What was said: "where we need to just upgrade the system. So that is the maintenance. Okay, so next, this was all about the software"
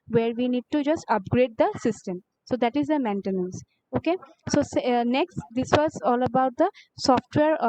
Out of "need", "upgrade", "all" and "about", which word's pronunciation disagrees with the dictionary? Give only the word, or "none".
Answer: none